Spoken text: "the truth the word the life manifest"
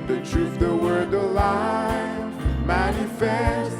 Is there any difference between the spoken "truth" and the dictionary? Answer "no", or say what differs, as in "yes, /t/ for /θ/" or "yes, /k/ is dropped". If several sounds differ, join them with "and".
yes, /f/ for /θ/